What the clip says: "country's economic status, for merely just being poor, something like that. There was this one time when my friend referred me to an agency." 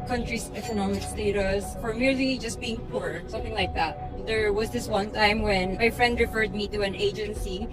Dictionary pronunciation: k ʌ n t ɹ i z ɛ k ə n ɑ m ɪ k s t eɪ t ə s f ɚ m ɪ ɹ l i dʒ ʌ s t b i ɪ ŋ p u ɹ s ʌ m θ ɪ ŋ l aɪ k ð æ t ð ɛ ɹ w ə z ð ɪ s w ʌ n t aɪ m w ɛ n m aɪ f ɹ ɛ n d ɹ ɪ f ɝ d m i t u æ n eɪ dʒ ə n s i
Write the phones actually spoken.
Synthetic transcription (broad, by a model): k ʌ n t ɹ i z ɛ k ə n ɑ m ɪ k s t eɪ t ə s f ɚ m ɪ ɹ l i dʒ ʌ s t b i ɪ ŋ p u ɹ s ʌ m θ ɪ ŋ l aɪ k ð æ t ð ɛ ɹ w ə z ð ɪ s w ʌ n t aɪ m w ɛ n m aɪ f ɹ ɛ n d ɹ ɪ f ɝ d m i t u æ n eɪ dʒ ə n s i